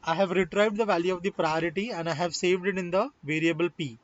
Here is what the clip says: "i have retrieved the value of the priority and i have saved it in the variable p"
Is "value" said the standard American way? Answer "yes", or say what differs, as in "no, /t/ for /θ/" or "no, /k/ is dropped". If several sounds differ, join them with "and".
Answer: yes